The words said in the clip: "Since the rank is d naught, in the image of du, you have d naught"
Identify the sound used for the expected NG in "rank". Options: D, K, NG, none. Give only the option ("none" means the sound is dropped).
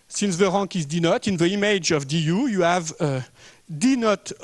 none